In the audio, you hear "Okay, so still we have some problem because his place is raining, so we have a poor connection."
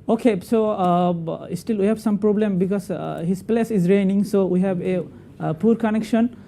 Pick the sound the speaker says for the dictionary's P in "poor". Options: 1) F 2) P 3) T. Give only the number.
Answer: 2